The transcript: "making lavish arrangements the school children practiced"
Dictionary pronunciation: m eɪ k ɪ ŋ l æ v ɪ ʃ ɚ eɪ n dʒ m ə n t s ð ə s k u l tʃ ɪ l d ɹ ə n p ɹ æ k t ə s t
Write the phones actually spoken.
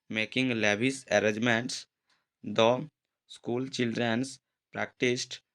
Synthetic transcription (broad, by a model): m eɪ k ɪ ŋ l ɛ b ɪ s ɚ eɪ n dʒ m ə n t s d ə s k u l tʃ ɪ l d ɹ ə n p ɹ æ k t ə s t